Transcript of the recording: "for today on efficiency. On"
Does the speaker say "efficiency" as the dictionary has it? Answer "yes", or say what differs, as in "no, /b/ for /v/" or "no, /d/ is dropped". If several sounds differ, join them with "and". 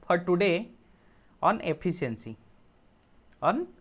no, /p/ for /f/